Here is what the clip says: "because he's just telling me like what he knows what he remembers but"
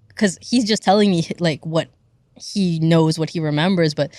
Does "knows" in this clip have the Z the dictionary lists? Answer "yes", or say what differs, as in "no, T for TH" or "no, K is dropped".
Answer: yes